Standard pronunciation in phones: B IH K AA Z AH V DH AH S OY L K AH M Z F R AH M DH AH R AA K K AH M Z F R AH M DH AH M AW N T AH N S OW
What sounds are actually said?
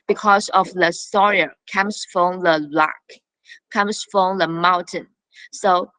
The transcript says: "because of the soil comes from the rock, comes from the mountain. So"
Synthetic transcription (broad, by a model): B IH K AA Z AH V DH AH S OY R K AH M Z F R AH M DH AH L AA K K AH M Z F R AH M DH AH M AW N T AH N S OW